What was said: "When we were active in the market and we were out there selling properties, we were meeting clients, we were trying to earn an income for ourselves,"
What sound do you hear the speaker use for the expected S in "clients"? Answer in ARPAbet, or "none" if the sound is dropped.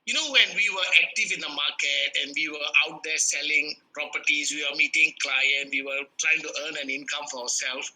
none